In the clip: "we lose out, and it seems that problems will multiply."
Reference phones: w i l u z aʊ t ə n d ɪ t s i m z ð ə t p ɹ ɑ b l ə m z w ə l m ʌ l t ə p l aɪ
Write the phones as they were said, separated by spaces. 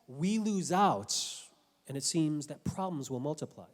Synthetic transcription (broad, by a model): w i l u z aʊ t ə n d ɪ t s i m z ð ə t p ɹ ɑ b l ə m z w ə l m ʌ l t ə p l aɪ